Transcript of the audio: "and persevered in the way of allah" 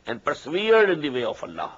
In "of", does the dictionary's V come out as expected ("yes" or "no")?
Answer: no